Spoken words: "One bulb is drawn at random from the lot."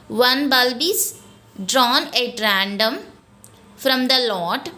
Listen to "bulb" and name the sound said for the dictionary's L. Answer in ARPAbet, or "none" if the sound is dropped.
L